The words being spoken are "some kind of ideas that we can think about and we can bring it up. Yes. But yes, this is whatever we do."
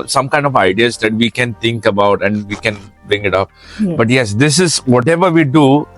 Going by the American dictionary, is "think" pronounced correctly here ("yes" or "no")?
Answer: no